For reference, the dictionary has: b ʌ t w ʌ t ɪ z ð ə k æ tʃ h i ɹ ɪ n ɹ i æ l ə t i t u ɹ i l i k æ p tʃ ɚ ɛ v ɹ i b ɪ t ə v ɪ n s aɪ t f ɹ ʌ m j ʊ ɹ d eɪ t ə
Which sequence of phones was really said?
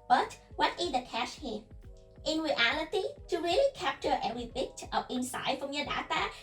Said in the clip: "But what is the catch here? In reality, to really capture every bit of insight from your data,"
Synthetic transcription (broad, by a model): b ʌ t w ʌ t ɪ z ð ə k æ ʃ h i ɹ ɪ n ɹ i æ l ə t i t u ɹ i l i k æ p tʃ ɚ ɛ v ɹ i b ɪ t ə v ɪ n s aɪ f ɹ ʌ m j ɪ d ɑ t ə